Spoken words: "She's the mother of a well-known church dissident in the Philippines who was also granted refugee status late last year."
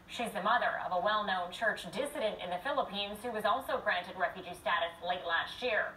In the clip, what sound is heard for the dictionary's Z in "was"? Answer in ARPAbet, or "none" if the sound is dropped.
Z